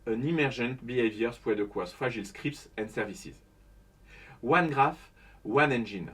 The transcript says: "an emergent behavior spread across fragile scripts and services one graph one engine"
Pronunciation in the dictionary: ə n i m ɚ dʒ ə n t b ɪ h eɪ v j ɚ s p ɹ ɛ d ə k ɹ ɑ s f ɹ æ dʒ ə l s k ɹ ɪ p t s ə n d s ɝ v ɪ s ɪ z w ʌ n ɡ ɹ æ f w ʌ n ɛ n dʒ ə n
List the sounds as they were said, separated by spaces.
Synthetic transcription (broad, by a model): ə n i m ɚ ʒ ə n t b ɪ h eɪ v j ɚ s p w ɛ d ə k w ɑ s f ɑ ʒ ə l s k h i p t s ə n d s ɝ v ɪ s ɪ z w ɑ n ɡ ɹ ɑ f w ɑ n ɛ n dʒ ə n